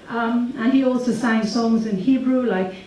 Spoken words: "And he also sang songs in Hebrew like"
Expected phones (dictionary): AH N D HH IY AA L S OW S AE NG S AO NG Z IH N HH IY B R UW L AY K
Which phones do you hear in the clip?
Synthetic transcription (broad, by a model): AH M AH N IY AA L S OW S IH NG S AO NG Z IH N HH IY B R UW L AY K